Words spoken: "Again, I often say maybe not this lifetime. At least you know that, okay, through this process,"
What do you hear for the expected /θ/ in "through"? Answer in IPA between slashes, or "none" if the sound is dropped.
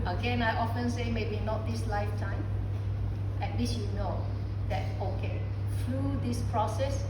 /f/